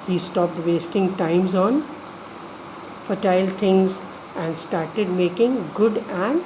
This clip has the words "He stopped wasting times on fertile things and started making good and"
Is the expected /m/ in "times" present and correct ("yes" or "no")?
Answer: yes